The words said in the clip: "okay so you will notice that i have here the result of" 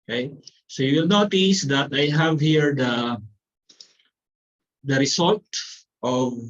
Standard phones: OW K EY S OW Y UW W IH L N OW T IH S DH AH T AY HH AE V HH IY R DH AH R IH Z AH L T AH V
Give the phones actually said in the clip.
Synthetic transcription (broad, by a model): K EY S OW Y UW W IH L N OW T IH S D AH T AY HH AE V HH IY R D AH R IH S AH L T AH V